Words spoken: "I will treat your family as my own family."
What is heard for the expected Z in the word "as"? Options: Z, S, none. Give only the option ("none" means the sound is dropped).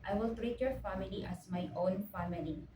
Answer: S